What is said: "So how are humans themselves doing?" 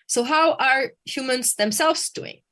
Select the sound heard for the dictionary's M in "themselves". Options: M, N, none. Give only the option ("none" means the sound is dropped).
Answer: M